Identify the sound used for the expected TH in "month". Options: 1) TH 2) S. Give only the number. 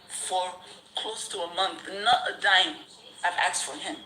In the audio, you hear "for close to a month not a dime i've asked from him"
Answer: 1